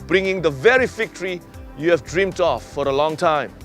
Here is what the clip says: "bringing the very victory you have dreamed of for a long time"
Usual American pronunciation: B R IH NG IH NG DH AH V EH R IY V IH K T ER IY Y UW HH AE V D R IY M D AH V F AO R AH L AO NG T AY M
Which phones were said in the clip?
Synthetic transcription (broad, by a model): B R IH NG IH NG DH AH V EH R IY F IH K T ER IY Y UW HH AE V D R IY M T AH F AO R AH L AO NG T AY M